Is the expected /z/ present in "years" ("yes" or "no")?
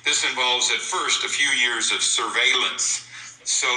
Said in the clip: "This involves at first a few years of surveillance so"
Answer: yes